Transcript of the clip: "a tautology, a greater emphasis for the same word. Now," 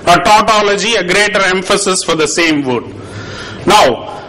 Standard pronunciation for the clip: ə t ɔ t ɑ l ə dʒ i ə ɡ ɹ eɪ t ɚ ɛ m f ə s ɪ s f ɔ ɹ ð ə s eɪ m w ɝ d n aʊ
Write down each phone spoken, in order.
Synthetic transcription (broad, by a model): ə t ɔ t ɑ l ə dʒ i ə ɡ ɹ eɪ t ɚ ɛ m f ə s ɪ s f ɔ ɹ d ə s eɪ m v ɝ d n aʊ